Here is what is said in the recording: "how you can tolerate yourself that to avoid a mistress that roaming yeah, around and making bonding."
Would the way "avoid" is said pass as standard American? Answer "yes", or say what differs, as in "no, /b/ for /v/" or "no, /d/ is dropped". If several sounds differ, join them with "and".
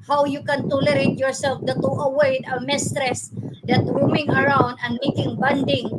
no, /w/ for /v/